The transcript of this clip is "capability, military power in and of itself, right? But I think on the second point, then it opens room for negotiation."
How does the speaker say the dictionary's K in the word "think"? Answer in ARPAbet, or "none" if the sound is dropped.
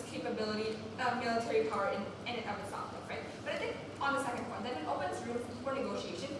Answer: K